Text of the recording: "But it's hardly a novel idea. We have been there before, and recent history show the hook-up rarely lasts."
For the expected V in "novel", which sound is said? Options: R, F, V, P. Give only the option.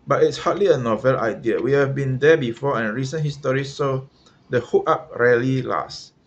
V